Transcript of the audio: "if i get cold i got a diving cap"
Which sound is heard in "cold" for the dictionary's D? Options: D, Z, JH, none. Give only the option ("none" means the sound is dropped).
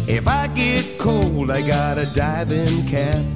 D